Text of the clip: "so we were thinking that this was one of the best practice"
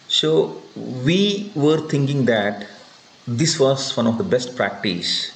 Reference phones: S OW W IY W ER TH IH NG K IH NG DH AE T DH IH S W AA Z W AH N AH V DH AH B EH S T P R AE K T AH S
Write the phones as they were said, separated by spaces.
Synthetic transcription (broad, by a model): S OW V IY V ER T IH NG K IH NG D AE T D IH S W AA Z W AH N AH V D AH B EH S T P R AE K T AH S